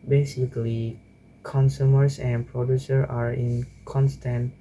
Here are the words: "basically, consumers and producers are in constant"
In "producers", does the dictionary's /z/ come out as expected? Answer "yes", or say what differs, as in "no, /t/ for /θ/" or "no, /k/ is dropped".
no, /z/ is dropped